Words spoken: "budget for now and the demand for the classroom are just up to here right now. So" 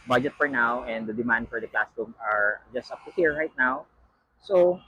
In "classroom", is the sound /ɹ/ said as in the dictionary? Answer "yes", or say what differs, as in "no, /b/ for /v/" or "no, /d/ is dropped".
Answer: no, /ɹ/ is dropped